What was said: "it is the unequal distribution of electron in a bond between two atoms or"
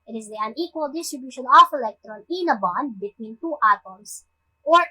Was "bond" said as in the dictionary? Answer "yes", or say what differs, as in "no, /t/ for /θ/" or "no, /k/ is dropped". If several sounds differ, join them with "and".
yes